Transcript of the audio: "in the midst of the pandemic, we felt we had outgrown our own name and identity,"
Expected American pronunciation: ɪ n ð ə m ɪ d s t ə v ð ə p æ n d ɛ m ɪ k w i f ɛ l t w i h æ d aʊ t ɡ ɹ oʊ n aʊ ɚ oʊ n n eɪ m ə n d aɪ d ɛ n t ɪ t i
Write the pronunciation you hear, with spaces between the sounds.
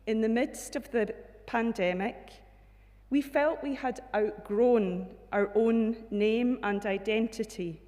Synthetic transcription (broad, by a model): ɪ n ð ə m ɪ d s t ə v ð ə p æ n d ɛ m ɪ k w i f ɛ l t w i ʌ d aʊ t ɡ ɹ oʊ n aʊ ɚ oʊ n n eɪ m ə n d aɪ d ɛ n t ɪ t i